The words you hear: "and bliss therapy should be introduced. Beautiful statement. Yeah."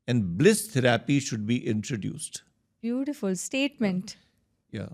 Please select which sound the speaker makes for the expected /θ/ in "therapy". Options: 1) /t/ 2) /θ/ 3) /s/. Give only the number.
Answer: 1